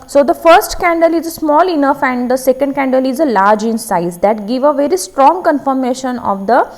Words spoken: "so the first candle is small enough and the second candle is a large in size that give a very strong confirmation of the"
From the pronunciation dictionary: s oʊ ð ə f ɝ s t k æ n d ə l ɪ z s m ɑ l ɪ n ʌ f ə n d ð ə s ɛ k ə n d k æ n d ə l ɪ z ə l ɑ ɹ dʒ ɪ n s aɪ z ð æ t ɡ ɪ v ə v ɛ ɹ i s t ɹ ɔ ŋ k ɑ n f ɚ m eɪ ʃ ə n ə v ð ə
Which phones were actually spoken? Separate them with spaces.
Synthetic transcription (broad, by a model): s oʊ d ə f ɝ s t k æ n d ə l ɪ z s m ɑ l ɪ n ʌ f ə n d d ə s ɛ k ə n d k æ n d ə l ɪ z ə l ɑ ɹ dʒ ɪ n s aɪ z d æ t ɡ ɪ v ə v ɛ ɹ i s t ɹ ɔ ŋ k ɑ n f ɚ m eɪ ʃ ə n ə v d ə